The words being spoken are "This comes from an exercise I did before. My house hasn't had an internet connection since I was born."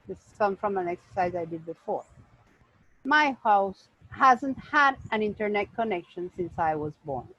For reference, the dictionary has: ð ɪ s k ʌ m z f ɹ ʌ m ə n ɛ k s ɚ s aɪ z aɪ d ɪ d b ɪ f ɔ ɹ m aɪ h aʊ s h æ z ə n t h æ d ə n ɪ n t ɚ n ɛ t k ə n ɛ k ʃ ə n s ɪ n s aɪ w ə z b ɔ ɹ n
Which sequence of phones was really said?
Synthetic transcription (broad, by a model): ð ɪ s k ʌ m f ɹ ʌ m ə n ɛ k s ɚ s aɪ z aɪ d ɪ d b ɪ f ɔ ɹ m aɪ h aʊ s h æ z ə n t h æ d ə n ɪ n t ɚ n ɛ t k ə n ɛ k ʃ ə n s ɪ n s aɪ w ə z b ɔ ɹ n